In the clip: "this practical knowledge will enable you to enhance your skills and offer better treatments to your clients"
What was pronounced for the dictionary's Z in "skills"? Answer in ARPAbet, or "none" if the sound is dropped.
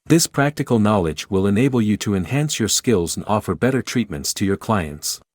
Z